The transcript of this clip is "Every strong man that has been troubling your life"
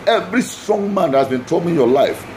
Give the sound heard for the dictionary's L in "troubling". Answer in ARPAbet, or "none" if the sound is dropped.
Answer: none